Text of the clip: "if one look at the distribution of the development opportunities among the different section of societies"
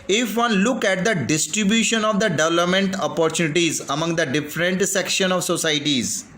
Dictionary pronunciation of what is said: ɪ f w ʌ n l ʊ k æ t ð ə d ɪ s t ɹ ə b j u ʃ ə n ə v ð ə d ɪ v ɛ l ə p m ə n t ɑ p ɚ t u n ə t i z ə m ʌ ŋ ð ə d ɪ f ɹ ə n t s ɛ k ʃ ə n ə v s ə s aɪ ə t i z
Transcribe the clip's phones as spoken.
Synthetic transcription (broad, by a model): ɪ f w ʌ n l ʊ k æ t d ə d ɪ s t ɹ ə b j u ʃ ə n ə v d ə d ɪ v ɛ l ə p m ə n t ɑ p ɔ t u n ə t i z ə m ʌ ŋ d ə d ɪ f ɹ ə n t s ɛ k ʃ ə n ə v s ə s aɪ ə t i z